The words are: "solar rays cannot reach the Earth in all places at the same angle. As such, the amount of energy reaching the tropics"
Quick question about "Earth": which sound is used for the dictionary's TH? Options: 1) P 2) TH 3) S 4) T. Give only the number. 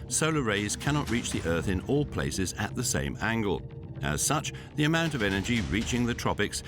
2